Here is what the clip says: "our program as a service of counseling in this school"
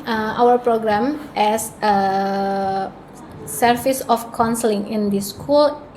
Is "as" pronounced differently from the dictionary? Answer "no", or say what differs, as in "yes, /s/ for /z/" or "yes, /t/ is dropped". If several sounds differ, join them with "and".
yes, /s/ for /z/